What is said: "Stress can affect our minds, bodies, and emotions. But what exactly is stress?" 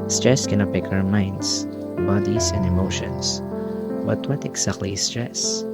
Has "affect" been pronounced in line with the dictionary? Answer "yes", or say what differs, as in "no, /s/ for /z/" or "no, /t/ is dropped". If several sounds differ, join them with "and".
no, /p/ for /f/ and /t/ is dropped